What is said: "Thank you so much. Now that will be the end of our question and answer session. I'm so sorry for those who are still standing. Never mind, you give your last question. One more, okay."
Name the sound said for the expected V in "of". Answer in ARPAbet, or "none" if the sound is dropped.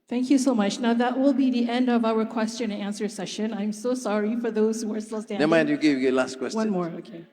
V